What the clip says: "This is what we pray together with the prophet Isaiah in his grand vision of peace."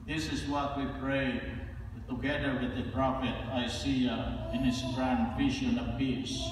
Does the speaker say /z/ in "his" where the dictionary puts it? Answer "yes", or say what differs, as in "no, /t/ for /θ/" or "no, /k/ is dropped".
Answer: no, /s/ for /z/